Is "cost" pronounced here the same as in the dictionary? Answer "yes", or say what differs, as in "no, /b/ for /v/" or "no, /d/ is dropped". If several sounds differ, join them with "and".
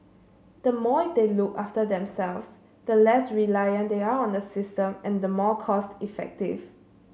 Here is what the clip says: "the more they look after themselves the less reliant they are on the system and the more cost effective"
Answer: yes